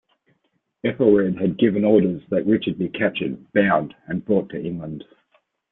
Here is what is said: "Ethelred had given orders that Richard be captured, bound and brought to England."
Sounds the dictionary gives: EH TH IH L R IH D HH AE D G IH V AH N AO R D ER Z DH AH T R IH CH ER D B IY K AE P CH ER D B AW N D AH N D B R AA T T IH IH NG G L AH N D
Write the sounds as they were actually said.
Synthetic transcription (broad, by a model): EH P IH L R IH D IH D G IH V AH N AO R D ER Z DH AH T R IH CH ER D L IY K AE CH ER D B AW N D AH N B R AA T T IH IH NG G L AH N D